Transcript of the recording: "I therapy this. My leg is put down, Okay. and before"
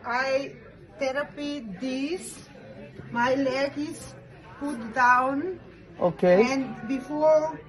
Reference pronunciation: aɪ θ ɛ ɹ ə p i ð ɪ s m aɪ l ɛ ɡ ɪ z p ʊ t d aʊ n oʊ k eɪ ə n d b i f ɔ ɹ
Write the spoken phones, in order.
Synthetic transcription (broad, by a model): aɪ t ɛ ɹ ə p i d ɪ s m aɪ l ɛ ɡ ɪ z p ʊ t d aʊ n oʊ k eɪ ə n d b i f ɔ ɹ